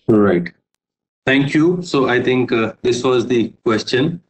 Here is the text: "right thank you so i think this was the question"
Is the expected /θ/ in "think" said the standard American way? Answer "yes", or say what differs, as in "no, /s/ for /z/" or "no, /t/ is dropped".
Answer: no, /t/ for /θ/